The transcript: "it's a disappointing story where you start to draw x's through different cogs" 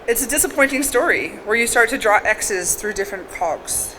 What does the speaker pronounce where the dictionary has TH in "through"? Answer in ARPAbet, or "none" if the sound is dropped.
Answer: TH